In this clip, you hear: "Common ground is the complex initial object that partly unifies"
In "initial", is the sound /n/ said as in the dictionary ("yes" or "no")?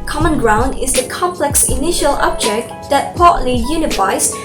yes